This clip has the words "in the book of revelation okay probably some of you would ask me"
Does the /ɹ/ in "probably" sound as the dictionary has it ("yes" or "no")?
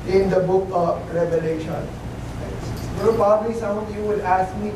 no